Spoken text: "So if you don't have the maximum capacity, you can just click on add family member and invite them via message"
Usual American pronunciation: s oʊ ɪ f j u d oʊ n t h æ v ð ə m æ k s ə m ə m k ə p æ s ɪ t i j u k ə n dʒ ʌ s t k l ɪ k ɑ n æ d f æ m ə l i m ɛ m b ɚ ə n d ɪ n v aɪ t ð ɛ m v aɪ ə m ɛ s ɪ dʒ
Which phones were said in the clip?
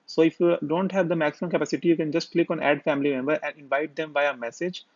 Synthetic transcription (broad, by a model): s oʊ ɪ f j u d oʊ n t h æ v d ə m æ k s ə m ə m k ə p æ s ɪ t i j u k ə n dʒ ʌ s t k l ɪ k ɑ n æ d f æ m ə l i m ɛ m b ɚ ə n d ɪ n v aɪ t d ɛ m b aɪ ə m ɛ s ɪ dʒ